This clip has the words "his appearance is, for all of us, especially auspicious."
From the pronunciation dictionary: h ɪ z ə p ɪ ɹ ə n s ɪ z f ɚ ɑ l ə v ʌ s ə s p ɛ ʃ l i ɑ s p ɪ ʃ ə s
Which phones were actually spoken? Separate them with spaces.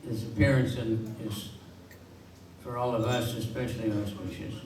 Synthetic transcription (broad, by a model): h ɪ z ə p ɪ ɹ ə n s ɪ z f ɚ ɑ l ə v ʌ s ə s p ɛ ʃ l i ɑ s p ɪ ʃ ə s